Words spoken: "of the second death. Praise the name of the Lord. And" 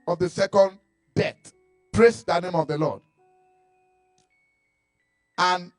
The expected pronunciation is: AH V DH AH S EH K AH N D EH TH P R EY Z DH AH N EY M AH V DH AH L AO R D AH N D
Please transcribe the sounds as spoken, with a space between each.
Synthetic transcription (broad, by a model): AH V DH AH S EH K AH N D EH T P R EY S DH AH N EY M AH V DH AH L AO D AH N